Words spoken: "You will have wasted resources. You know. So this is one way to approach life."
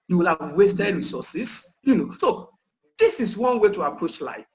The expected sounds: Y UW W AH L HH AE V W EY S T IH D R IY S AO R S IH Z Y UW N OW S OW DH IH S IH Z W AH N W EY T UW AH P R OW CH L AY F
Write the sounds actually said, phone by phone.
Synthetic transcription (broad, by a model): Y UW W AH L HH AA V W EY S T IH D R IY S AO S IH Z Y UW N OW S OW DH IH S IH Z W AH N W EY T UW AH P R OW CH L AY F